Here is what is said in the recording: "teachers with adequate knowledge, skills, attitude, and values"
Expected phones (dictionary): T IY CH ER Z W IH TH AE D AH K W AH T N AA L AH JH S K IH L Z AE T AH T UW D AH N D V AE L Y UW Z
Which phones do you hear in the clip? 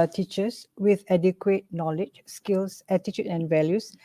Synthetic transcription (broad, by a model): T IY CH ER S W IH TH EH D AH K W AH T N AA L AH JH S K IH L S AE T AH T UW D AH N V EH L Y UW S